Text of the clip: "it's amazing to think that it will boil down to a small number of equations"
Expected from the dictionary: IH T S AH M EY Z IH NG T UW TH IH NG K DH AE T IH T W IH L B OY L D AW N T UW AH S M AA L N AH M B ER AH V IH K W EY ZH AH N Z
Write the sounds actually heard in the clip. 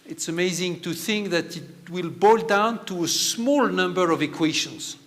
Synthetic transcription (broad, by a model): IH T S AH M EY Z IH NG T UW TH IH NG K DH AE T IH T W IH L B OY L D AW N T UW AH S M AA L N AH M B ER AH V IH K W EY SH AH N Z